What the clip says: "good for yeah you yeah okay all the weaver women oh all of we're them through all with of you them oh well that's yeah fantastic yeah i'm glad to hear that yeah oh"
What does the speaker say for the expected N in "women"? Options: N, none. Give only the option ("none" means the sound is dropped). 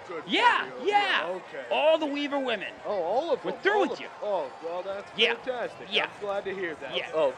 N